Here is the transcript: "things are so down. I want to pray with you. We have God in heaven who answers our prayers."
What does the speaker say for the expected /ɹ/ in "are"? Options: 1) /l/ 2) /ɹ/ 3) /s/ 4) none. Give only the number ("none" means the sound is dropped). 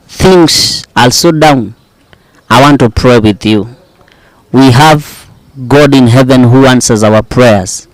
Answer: 1